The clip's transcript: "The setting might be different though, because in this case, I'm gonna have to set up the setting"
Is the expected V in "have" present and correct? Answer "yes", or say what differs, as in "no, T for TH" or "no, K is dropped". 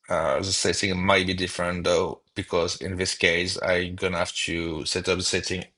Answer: no, F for V